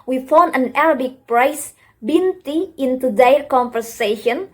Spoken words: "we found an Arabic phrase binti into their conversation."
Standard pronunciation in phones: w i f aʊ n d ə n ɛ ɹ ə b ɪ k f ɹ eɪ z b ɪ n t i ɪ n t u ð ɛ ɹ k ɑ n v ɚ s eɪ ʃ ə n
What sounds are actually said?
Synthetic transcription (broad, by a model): w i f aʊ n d ə n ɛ ɹ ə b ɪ k p ɹ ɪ s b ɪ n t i ɪ n t u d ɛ l k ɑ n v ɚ s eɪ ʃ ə n